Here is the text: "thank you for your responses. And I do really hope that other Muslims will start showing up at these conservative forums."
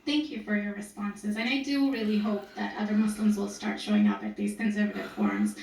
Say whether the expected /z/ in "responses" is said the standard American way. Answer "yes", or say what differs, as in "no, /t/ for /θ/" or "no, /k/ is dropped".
yes